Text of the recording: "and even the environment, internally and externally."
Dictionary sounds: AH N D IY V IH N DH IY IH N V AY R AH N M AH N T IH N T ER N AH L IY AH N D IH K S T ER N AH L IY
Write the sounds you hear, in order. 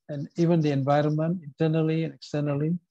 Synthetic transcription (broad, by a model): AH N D IY V IH N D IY IH N V AY R AH N M AH N T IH N T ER N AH L IY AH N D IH K S T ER N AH L IY